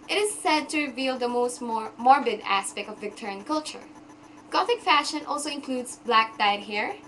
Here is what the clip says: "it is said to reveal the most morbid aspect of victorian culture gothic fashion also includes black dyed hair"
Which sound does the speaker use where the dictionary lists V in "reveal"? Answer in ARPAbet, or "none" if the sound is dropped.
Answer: V